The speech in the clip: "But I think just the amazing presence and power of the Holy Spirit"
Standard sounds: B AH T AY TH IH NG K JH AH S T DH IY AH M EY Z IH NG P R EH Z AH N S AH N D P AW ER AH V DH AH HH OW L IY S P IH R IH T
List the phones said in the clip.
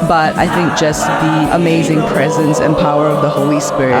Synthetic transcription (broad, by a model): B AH T AY TH IH NG K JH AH S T DH IY AH M EY Z IH NG P R EH Z AH N S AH N P AW ER AH V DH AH HH OW L IY S P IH R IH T